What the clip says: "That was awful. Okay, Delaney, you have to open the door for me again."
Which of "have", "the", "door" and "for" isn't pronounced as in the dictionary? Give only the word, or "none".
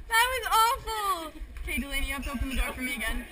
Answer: have